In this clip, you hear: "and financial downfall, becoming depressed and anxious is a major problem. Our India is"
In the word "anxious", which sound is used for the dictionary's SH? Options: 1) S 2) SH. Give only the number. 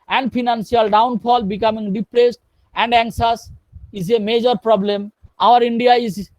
1